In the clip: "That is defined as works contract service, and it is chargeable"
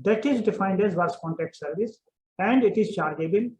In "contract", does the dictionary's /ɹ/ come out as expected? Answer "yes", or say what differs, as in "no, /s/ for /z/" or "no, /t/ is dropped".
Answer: no, /ɹ/ is dropped